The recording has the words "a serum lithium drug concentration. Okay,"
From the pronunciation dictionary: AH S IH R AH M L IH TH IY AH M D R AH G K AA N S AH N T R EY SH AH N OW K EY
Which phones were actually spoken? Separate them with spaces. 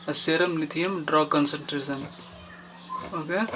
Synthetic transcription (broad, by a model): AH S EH R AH M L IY T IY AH M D R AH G K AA N S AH N T R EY S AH N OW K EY